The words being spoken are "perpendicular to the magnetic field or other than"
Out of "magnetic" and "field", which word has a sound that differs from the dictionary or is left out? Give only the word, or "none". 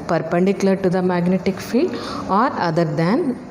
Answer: none